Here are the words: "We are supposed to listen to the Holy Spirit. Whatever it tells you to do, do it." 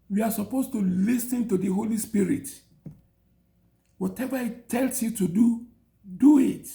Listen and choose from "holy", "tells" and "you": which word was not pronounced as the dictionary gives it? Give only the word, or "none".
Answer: tells